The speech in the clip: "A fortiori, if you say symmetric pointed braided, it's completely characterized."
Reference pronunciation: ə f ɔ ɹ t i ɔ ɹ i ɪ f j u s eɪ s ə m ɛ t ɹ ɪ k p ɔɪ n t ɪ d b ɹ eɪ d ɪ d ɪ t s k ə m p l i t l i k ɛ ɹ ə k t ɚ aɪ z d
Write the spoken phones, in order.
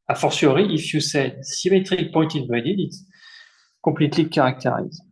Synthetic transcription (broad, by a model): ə f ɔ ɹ s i ɹ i ɪ f j u s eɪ s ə m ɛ t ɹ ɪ k p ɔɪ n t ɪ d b eɪ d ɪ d ɪ t s k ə p l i t l i k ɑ ɹ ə k t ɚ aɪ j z